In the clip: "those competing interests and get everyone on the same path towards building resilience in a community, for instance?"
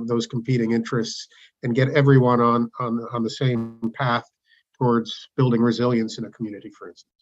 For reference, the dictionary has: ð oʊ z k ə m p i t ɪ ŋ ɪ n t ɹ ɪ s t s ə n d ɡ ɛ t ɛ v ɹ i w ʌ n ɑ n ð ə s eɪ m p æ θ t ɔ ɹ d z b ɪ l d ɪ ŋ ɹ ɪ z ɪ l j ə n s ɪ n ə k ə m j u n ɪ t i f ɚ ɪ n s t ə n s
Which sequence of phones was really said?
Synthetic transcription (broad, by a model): ð oʊ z k m p i t ɪ ŋ ɪ n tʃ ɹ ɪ s t s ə n ɡ ɛ t ɛ v ɹ i w ʌ n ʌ n ð ə s eɪ m p æ θ t ɔ ɹ d z b ɪ l d ɪ ŋ ɹ ɪ z ɪ l j ə n s ɪ n ə k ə m j u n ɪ t i f ɚ ɪ n s t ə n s